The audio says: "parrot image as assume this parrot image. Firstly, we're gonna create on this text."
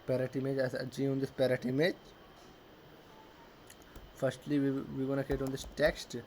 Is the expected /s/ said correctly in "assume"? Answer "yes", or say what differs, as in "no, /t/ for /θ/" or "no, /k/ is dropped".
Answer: no, /s/ is dropped